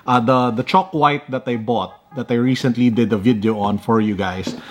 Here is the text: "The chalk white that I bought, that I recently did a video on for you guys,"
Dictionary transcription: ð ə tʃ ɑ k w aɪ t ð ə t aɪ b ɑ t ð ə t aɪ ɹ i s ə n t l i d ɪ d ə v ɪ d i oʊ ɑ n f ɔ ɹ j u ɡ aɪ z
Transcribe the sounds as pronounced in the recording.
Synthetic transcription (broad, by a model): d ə tʃ ɑ k w aɪ t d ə t aɪ b ɑ t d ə t aɪ ɹ i s ə n t l i d ɪ d ə v ɪ d i oʊ ɑ n f ɔ ɹ j u ɡ aɪ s